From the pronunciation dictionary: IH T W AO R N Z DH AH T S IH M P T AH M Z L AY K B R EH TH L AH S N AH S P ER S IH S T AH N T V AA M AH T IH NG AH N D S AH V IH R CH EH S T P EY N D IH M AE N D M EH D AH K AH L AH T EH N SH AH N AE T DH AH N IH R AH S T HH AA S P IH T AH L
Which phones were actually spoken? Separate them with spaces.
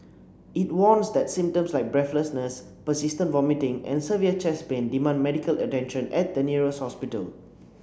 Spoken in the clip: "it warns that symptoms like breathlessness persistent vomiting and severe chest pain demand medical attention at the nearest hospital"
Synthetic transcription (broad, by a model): IH T W AO N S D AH T S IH M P T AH M S L AY K B R EH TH L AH S N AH S P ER S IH S T AH N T V AA M AH T IH NG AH N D S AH V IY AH CH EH S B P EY N D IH M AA N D M EH D AH K AH L AH T EH N SH AH N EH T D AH N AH R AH S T HH AA S P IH T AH L